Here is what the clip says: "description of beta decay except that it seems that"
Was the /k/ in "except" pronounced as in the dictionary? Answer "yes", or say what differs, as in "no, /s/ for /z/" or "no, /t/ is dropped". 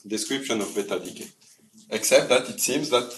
yes